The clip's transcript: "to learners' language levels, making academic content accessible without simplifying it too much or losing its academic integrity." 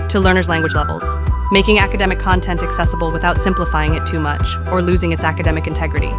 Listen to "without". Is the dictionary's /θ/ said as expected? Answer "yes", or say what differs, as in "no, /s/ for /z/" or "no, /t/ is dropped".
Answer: yes